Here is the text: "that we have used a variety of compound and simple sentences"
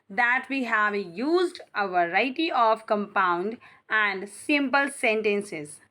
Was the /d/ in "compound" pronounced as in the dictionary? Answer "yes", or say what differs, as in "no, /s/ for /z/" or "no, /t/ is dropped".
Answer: yes